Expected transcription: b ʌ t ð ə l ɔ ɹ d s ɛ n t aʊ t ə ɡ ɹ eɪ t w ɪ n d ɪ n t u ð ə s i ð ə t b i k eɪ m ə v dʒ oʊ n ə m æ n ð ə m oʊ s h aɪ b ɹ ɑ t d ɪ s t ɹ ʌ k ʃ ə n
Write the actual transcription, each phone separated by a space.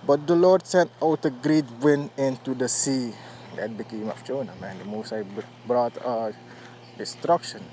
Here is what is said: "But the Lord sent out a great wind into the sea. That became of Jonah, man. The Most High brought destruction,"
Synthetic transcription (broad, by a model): b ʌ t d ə l ɔ d s ɛ n t aʊ t ə ɡ ɹ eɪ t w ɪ n ɪ n t u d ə s i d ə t b i k eɪ m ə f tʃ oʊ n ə m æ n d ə m oʊ s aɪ b ɹ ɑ t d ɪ s t ɹ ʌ k ʃ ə n